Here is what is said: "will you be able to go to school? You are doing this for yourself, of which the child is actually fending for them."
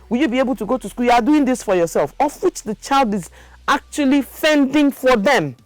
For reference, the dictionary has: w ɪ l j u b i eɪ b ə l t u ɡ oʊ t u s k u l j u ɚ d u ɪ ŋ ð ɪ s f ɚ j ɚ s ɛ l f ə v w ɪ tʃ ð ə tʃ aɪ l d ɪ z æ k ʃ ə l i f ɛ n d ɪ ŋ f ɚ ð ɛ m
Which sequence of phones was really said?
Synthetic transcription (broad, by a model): w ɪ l j u b i eɪ b ə l t u ɡ oʊ t u s k u l j u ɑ d u ɪ ŋ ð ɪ s f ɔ j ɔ s ɛ l f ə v w ɪ tʃ ð ə tʃ aɪ l d ɪ z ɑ k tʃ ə l i f ɛ n d ɪ ŋ f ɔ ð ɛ m